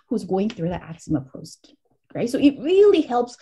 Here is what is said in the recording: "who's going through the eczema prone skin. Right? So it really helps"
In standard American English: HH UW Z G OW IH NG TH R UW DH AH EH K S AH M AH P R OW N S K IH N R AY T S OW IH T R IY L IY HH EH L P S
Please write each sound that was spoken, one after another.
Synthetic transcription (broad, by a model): HH UW Z G OW IH NG TH R UW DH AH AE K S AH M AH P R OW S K R AY T S OW IH T R IY L IY HH EH L P S